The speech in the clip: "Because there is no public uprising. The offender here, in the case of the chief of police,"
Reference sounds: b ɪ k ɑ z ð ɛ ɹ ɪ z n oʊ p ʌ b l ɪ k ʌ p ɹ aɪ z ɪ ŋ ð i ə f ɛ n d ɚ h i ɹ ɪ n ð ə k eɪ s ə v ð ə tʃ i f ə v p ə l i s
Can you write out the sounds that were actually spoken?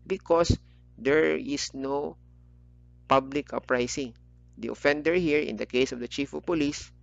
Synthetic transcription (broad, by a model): b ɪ k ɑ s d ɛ ɹ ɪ s n oʊ p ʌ b l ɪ k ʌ p ɹ aɪ s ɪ ŋ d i ə f ɛ n d ɚ h i ɹ ɪ n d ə k eɪ s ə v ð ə tʃ i f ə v p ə l i s